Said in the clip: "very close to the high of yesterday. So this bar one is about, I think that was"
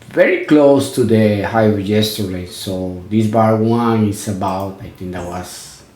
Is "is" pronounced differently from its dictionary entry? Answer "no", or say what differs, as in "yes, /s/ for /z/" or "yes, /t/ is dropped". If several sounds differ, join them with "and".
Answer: yes, /s/ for /z/